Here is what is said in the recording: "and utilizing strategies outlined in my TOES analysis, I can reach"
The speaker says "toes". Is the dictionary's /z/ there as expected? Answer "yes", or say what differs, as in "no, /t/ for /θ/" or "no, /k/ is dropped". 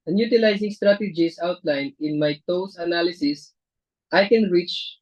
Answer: no, /s/ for /z/